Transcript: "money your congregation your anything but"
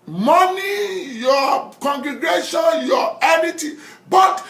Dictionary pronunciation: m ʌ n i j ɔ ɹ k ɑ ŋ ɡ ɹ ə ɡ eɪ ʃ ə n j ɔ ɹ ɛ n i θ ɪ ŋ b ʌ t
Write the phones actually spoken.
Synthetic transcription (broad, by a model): m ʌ n i j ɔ k ɑ ŋ ɡ ɹ ə ɡ eɪ ʃ ə n j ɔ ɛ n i t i b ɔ t